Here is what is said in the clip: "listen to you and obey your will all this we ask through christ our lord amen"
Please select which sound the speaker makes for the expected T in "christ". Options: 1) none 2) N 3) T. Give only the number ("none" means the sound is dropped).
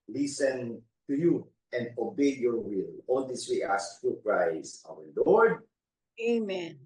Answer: 1